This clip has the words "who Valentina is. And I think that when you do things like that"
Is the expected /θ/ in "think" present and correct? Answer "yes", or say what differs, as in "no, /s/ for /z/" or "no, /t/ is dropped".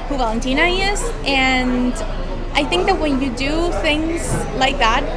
yes